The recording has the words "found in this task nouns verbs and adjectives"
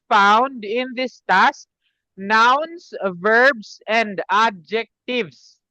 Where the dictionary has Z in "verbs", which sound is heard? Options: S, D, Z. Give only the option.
S